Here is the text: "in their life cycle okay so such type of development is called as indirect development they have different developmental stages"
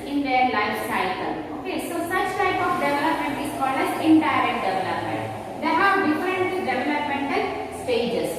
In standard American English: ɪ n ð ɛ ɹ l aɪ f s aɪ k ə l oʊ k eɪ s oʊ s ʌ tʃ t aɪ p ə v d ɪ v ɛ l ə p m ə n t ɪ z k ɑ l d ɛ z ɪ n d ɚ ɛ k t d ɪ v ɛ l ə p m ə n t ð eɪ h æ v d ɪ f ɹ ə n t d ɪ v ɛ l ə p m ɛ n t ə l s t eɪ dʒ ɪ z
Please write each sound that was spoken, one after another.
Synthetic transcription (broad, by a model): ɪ n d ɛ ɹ l aɪ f s aɪ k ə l oʊ k eɪ s oʊ s ʌ tʃ t aɪ p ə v d ɪ v ɛ l ə p m ə n t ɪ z k ɑ l d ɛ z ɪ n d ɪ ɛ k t d ɪ v ɛ l ə p m ə n t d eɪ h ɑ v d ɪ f ɹ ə n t d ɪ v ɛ l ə p m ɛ n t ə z s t eɪ dʒ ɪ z